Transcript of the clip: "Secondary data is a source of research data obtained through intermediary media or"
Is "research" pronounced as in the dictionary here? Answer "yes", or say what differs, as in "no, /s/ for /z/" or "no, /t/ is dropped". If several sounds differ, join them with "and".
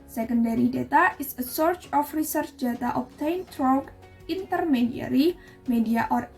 yes